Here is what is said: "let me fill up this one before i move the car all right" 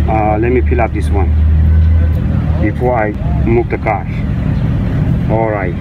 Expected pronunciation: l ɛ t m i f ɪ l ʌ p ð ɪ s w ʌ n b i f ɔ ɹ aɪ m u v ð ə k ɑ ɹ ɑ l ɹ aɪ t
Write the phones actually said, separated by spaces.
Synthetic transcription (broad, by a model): l ɛ t m i p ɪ l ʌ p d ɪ s w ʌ n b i f ɔ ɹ aɪ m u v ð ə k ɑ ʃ ɑ l ɹ aɪ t